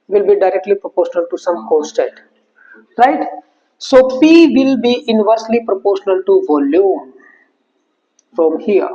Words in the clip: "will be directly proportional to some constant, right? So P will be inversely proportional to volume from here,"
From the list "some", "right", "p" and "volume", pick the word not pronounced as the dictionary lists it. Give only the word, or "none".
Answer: p